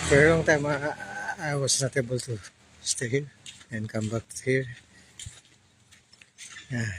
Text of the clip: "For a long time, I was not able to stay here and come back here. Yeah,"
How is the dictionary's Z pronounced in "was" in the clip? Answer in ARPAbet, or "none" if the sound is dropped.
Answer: S